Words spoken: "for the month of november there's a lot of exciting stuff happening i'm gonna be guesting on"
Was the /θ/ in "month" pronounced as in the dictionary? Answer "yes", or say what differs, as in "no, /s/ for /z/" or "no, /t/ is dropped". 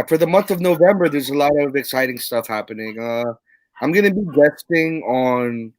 yes